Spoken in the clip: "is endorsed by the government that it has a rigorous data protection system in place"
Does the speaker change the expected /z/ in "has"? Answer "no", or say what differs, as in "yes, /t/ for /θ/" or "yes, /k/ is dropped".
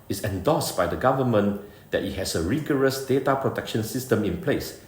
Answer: yes, /s/ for /z/